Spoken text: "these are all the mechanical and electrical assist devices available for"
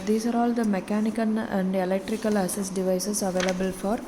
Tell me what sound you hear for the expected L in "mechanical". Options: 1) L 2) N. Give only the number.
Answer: 2